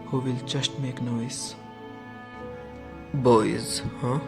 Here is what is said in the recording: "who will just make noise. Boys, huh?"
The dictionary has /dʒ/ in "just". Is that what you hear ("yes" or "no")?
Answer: no